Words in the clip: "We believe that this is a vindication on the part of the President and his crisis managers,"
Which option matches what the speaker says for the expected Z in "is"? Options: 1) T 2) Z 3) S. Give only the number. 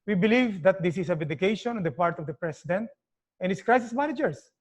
3